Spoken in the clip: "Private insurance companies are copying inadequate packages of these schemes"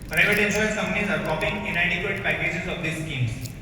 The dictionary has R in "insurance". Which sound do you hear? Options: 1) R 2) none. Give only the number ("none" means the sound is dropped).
2